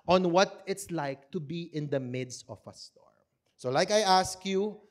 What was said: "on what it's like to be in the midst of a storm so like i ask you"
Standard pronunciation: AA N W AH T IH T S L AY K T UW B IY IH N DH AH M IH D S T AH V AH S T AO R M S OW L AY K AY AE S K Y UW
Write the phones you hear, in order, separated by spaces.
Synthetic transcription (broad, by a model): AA N W AH T IH T S L AY K T UW B IY IH N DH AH M IH D S T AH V AH S T AO R M S OW L AY K AY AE S K Y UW